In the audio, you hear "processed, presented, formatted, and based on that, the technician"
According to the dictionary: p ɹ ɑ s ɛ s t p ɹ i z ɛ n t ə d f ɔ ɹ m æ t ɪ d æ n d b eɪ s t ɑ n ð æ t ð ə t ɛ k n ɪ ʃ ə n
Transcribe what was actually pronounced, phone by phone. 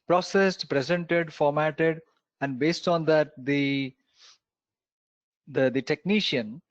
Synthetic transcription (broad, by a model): p ɹ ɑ s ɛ s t p ɹ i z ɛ n t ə d f ɔ ɹ m æ t ɪ d æ n d b eɪ s t ɑ n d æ t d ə t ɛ k n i ʃ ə n